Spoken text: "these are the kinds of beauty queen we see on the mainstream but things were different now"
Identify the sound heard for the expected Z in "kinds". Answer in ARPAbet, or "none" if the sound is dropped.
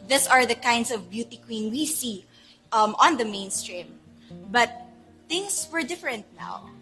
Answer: S